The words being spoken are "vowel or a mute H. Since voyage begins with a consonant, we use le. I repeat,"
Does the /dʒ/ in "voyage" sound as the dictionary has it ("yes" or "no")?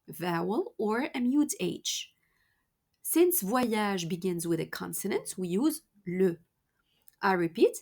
no